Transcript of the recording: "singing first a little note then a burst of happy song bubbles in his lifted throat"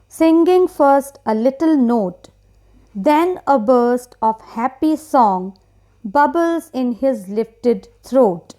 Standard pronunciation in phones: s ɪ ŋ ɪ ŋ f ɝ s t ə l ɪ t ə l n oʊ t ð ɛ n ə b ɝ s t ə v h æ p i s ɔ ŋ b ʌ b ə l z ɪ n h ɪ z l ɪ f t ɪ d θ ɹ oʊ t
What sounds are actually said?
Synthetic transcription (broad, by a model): s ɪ ŋ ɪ ŋ f ɝ s t ə l ɪ t ə l n oʊ t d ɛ n ə b ɝ s t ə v h æ p i s ɔ ŋ b ʌ b ə l z ɪ n h ɪ z l ɪ f t ɪ d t ɹ oʊ t